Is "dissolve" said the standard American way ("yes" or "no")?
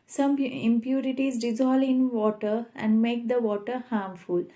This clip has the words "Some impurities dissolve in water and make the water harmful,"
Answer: no